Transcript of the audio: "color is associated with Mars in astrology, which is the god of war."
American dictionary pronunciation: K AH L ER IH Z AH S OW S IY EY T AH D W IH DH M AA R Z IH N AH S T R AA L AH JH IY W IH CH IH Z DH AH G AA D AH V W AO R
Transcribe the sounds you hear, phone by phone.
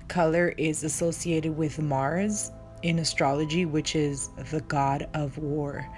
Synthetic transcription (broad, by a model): K AH L ER IH Z AH S OW S IY EY T AH D W IH DH M AA R Z IH N AH S T R AA L AH JH IY W IH CH IH Z DH AH G AA D AH V W AO R